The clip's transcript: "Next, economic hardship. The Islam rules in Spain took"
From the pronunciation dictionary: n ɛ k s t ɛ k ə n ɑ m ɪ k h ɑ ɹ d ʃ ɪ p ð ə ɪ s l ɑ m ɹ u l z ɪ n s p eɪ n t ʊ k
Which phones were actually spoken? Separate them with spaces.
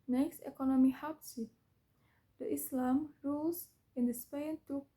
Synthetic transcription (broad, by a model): n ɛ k s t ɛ k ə n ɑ m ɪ h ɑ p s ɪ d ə ɪ s l ɑ m ɹ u l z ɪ n s p eɪ n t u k